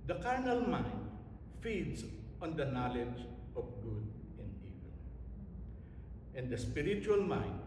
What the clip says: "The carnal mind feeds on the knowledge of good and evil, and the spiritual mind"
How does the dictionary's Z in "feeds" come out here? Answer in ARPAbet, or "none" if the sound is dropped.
S